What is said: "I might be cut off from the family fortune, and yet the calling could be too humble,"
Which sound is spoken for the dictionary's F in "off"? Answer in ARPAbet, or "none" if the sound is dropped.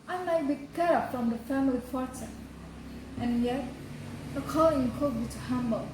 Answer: P